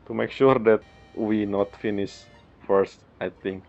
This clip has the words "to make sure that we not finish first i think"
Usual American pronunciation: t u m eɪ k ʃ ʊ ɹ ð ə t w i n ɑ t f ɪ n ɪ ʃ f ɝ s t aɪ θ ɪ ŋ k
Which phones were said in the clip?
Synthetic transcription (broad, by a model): t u m eɪ k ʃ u ɹ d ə t w i n ɑ t f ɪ n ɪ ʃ f ɝ s t aɪ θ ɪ ŋ k